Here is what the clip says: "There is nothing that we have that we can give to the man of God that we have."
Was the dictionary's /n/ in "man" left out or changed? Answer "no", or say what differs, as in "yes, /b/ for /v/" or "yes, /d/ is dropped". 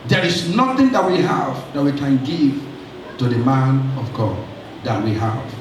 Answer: no